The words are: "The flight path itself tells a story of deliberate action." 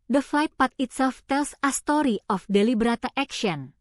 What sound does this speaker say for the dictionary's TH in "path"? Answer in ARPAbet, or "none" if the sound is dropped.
T